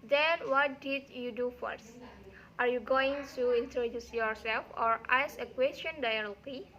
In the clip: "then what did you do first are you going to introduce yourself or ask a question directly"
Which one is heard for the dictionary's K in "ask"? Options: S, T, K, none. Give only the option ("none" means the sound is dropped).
none